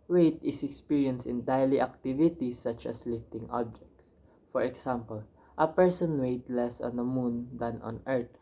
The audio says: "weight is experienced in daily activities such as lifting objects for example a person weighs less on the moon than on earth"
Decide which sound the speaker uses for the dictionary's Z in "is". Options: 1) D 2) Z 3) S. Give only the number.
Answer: 3